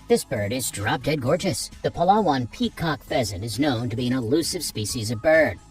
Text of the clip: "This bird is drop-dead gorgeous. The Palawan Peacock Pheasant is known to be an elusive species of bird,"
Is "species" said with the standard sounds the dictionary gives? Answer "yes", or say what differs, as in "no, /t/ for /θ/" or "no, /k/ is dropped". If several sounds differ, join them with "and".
yes